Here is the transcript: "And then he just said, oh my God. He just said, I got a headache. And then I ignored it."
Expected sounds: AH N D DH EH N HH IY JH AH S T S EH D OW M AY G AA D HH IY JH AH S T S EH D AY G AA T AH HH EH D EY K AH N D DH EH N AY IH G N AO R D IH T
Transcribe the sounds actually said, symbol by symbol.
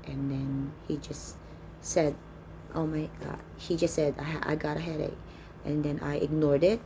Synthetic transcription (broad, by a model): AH N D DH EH N HH IY JH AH S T S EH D OW M AY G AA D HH IY JH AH S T S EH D AY G AA T AH HH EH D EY AH N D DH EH N AY IH G N AO R D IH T